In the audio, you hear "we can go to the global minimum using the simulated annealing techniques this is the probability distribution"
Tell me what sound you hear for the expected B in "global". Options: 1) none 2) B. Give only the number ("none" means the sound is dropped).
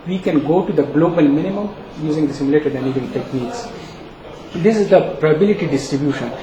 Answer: 2